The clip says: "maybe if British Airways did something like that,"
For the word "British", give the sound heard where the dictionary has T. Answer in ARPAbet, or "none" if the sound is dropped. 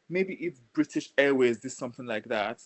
T